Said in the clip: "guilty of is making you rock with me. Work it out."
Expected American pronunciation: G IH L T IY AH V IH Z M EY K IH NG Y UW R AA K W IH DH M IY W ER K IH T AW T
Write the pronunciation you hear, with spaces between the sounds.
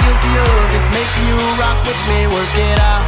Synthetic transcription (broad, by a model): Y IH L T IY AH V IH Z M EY IH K Y UW R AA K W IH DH M IY W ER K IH T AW